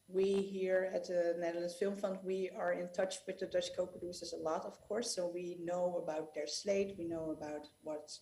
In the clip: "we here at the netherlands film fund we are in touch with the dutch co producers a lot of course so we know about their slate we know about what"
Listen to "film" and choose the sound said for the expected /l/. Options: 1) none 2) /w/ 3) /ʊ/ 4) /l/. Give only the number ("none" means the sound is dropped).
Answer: 4